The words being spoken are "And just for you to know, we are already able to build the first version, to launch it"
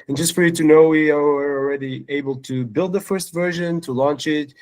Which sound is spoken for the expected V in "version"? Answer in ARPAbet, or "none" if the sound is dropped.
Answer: V